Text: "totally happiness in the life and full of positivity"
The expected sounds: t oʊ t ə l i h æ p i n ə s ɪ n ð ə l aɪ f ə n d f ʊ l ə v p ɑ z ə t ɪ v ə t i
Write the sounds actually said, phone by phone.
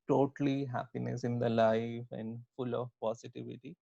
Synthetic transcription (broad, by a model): t oʊ t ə l i h æ p i n ə s ɪ n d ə l aɪ f ə n d f ʊ l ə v p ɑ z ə t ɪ v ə t i